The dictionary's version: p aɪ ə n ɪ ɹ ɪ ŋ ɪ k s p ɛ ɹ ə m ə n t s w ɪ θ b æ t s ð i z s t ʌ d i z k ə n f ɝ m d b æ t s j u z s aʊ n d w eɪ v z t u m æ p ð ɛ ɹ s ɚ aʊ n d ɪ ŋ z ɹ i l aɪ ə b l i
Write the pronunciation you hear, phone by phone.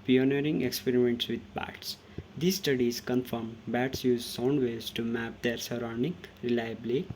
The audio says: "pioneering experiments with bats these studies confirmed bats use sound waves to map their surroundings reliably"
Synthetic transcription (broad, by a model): p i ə n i ɹ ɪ ŋ ɪ k s p ɛ ɹ ə m ə n t s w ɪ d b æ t s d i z s t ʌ d i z k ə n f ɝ m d b æ t s j u z s aʊ n d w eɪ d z t u m æ p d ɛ ɹ s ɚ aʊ n d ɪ ŋ ɹ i l aɪ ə b l i